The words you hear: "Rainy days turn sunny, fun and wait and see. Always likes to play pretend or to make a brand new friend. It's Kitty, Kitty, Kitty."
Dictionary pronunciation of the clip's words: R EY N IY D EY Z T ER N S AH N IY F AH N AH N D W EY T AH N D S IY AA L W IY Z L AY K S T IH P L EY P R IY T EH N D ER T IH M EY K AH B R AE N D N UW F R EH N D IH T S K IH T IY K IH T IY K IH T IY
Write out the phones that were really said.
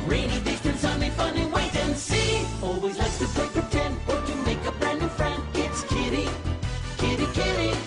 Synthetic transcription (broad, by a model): R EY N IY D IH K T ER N S AH N IY F AH N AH W EY T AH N S IY AA L W IY Z L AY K T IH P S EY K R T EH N ER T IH M EY K AH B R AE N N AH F R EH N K IH T S K IH T IY K IH T IY K IH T IY